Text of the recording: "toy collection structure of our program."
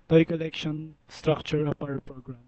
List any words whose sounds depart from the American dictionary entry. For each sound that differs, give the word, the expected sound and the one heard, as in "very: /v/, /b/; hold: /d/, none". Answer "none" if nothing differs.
of: /v/, /p/